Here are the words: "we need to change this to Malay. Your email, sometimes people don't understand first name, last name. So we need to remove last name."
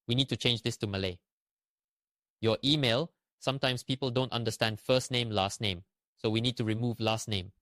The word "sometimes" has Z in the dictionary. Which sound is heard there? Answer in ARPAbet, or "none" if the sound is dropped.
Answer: S